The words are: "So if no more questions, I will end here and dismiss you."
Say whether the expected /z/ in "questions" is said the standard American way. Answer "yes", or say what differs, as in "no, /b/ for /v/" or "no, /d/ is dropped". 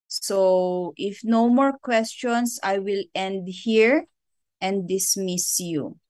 no, /s/ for /z/